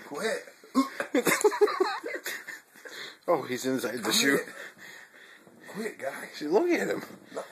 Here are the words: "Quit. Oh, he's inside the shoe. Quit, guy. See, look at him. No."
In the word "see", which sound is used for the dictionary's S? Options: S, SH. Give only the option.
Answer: SH